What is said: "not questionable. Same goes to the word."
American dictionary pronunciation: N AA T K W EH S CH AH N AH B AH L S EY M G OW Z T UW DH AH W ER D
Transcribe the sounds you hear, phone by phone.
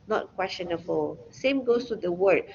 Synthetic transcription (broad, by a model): N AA T K W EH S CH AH N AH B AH L S EY M G OW S T UW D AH W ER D